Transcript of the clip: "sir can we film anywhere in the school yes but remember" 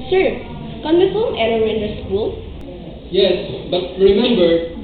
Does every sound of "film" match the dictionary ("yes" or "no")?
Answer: no